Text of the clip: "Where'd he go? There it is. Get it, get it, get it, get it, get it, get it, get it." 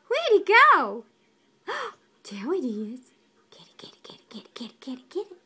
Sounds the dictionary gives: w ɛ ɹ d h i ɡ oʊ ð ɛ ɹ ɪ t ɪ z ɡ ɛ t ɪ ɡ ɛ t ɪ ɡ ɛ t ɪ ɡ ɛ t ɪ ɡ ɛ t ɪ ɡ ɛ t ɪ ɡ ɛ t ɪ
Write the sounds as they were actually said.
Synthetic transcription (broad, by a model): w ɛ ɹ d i ɡ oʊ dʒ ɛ w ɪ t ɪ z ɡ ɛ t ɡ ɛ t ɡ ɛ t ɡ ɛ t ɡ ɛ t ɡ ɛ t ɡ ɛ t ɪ